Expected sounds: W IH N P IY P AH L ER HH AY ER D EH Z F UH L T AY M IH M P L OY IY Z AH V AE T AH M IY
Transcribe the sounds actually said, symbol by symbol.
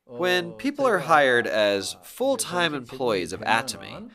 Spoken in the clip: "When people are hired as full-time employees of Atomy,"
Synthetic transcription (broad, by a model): W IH N P IY P L ER HH AY ER D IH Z F UH L T AY M IH M P L OY IY Z AH V AE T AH M IY